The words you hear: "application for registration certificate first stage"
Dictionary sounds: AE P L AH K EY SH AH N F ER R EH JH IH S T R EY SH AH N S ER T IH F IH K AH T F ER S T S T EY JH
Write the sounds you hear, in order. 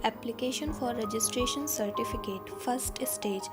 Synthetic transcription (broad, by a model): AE P L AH K EY SH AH N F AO R EH JH IH S T R EY SH AH N S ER T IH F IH K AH T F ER S T S T EY JH